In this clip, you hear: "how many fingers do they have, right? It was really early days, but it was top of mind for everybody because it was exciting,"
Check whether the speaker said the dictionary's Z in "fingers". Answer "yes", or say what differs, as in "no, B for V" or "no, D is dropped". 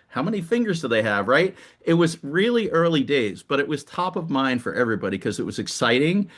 yes